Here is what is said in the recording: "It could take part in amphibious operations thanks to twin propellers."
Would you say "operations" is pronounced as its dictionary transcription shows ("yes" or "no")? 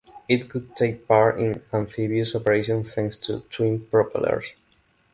no